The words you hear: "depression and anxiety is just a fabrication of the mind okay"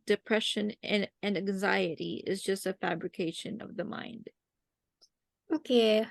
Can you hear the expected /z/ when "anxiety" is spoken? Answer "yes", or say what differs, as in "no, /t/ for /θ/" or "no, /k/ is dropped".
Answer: yes